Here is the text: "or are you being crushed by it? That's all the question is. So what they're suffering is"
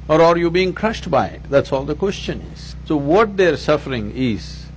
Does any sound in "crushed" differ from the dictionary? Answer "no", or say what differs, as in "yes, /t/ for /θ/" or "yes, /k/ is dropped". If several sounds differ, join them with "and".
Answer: no